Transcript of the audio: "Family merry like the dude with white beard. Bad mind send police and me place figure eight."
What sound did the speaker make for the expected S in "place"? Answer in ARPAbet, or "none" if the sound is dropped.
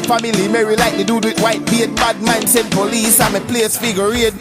S